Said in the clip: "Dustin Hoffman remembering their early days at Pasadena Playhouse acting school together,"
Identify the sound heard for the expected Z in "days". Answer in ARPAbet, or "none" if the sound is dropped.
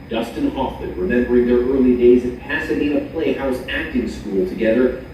Z